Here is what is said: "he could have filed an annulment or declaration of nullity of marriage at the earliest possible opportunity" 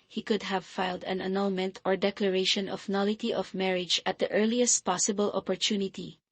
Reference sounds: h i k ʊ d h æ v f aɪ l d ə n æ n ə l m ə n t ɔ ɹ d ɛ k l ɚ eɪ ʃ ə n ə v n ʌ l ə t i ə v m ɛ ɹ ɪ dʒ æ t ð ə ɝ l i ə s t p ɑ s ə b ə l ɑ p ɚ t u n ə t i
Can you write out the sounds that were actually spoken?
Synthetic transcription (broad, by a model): h i k ʊ d h æ v f aɪ l d ə n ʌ n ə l m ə n t ɔ ɹ d ɛ k l ɚ eɪ ʃ ə n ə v n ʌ l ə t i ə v m ɛ ɹ ɪ dʒ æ t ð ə ɝ l i ə s t p ɑ s ə b ə l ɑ p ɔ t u n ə t i